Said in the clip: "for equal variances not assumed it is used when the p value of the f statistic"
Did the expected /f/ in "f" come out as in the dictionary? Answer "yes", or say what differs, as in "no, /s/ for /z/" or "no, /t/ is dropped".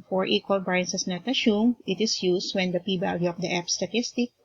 no, /p/ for /f/